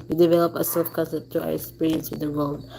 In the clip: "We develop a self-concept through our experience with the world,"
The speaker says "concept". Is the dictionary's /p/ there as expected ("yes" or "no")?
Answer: no